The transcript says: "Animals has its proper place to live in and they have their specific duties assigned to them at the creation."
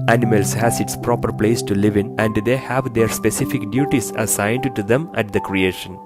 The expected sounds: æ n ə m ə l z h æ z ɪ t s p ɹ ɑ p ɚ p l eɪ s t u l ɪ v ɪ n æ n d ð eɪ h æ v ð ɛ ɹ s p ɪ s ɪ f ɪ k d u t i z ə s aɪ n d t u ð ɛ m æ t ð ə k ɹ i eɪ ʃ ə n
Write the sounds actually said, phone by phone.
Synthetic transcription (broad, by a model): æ n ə m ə l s h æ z ɪ t s p ɹ ɑ p ɚ p l eɪ s t u l ɪ v ɪ n æ n d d eɪ h æ v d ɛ ɹ s p ɪ s ɪ f ɪ k d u t i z ə s aɪ n d t u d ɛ m æ t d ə k ɹ i eɪ ʃ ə n